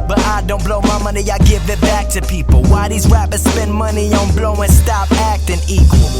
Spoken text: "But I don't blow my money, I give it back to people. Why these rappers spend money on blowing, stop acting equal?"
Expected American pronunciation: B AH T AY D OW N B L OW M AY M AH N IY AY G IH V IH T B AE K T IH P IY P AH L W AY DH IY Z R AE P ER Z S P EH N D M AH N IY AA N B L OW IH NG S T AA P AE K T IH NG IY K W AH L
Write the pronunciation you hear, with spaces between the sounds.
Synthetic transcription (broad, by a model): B AH T AY D OW N B L OW M AY M AH N IY AY G IH V IH T B AE K T IH P IY P L W AY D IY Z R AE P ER S P EH N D M AH N IY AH N B L OW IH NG S T AA P AE K T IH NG IY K W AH L